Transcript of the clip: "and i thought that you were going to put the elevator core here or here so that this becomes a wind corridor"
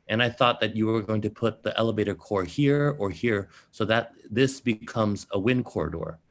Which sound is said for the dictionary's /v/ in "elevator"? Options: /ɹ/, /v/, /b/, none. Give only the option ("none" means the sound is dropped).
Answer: /v/